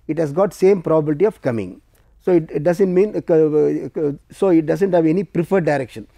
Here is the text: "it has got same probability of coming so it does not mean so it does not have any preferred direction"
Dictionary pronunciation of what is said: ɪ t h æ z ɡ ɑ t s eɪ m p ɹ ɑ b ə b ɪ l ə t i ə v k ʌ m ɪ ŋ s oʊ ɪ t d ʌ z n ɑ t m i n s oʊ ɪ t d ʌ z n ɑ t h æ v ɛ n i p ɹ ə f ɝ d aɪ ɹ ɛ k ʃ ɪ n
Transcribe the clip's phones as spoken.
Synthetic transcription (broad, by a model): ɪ t h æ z ɡ ɑ t s eɪ m p ɹ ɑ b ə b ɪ l t i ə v k ʌ m ɪ ŋ s oʊ ɪ t d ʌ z n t m i n s oʊ ɪ t d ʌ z n t h æ v ɛ n i p ɹ ə f ɝ d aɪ ɹ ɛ k ʃ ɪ n